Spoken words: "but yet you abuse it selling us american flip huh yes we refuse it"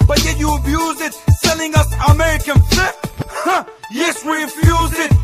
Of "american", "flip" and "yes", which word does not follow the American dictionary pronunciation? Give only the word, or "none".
flip